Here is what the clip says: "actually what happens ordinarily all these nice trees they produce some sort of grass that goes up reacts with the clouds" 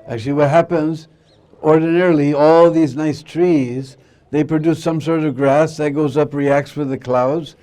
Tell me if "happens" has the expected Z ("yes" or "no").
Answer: yes